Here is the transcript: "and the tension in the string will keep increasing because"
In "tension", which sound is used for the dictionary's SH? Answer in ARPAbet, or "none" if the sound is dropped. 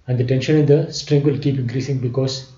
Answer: SH